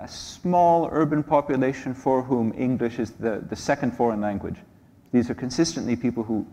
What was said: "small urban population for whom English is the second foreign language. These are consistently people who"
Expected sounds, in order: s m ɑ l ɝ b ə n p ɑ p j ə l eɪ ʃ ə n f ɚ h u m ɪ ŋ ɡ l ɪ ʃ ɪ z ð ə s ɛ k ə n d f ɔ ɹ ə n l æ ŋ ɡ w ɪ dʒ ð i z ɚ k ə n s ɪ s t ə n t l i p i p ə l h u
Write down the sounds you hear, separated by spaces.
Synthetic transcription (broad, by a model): s m ɑ l ɝ b ə n p ɑ p j ə l eɪ ʃ ə n f ɚ h u m ɪ ŋ ɡ l ɪ ʃ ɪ z ð ə s ɛ k ə n d f ɔ ɹ ə n l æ ŋ ɡ w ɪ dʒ ð i z ɚ k ə n s ɪ s t ə n t l i p i p l h u